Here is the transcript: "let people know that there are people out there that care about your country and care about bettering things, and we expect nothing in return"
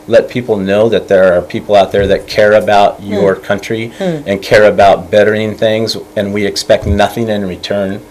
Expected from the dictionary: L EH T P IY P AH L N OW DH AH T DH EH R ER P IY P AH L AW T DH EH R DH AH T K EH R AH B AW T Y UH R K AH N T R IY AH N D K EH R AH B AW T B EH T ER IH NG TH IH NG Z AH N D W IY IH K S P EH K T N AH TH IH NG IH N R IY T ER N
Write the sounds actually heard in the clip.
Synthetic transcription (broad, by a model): L EH T P IY P L N OW DH AH T DH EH R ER P IY P L AW T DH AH R DH AH T K EH R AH B AW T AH R K AH N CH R IY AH N K EH R AH B AW T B EH T ER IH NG TH IH NG Z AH N W IY IH K S P EH K T N AH TH IH NG IH N R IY T ER N